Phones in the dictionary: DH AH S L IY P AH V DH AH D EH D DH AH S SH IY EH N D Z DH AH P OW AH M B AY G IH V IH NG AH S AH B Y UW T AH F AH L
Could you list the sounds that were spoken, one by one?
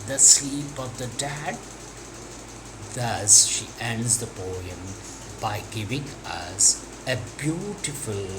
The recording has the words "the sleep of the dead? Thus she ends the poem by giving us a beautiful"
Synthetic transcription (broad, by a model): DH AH S L IY P AH V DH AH D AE D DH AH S SH IY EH N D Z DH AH B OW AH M B AY G IH V IH NG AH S AH B Y UW T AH F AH L